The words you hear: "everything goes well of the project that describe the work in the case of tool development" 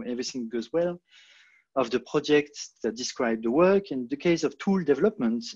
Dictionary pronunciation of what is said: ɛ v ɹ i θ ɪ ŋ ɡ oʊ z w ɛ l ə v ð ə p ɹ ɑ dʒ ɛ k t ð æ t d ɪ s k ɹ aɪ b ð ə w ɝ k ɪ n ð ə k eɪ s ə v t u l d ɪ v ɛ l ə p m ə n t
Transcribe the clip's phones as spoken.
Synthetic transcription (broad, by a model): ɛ v ɹ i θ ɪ ŋ ɡ oʊ z w ɛ l ə v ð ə p ɹ ɑ dʒ ɛ k t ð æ t d ɪ s k ɹ aɪ b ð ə w ɝ k ɪ n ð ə k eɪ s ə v t u l d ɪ v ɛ l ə p m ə n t